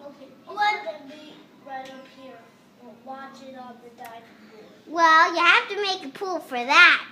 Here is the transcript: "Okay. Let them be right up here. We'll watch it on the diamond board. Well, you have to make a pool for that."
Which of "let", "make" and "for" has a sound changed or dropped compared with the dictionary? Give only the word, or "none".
let